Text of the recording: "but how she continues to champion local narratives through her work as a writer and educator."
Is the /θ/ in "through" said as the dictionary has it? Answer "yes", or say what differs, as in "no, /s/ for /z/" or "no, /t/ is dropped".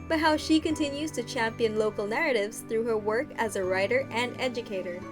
yes